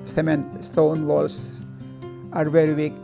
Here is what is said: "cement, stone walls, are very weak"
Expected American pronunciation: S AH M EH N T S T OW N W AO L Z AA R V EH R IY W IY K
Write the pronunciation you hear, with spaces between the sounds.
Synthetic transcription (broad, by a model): S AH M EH N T S T OW N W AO L S AA R V EH R IY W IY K